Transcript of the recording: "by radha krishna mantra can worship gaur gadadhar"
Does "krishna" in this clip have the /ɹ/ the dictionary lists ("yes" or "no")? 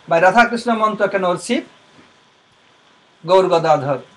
yes